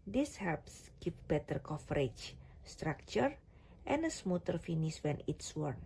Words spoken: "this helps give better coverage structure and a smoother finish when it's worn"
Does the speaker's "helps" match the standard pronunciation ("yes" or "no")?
yes